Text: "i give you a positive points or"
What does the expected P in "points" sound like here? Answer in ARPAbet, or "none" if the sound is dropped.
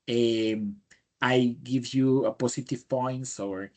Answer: P